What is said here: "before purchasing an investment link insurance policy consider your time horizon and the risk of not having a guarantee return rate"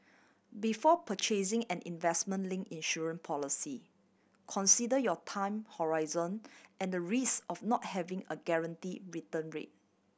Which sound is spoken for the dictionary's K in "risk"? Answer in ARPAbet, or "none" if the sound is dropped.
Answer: none